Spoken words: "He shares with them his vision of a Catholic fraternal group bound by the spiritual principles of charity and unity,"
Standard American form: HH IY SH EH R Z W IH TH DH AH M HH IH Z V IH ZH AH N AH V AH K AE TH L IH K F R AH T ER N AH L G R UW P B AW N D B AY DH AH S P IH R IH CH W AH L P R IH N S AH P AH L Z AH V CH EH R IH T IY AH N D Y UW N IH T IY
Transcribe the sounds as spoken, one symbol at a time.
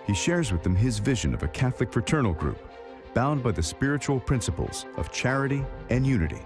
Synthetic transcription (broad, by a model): HH IY SH EH R Z W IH DH AH M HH IH Z V IH ZH AH N AH V AH K AE TH L IH K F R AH T ER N L G R UW P B AW N D B AY DH AH S P IH R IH CH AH L P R IH N S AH P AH L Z AH V CH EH R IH T IY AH N Y UW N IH T IY